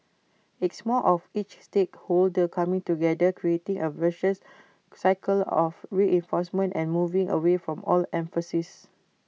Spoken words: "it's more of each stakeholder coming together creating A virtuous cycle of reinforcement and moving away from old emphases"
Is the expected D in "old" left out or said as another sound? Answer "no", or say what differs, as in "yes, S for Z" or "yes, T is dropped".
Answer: yes, D is dropped